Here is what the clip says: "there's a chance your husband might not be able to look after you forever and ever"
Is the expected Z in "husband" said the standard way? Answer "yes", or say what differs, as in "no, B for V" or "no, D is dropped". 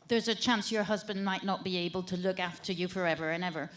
yes